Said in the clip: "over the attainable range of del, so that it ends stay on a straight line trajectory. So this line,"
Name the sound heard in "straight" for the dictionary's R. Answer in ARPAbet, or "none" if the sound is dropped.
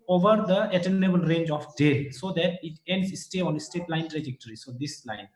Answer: none